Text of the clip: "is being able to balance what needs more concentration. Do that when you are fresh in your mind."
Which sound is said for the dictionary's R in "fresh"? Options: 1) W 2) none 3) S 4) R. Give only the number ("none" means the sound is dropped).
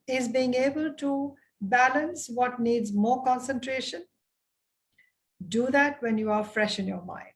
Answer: 4